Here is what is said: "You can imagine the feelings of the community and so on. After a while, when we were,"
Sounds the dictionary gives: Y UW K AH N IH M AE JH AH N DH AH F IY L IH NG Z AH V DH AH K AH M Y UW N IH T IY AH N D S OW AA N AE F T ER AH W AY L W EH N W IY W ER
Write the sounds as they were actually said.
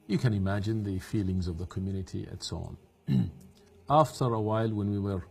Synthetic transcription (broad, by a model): Y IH K AH N IH M AE JH AH N DH AH F IY L IH NG Z AH V DH AH K AH M Y UW N IH T IY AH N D S OW AA N AE F T ER AH W AY L W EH N W IY W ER